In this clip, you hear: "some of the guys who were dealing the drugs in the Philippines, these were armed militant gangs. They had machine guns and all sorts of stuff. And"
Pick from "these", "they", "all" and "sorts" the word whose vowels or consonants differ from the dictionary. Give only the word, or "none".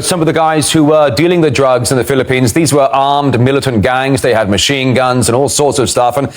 none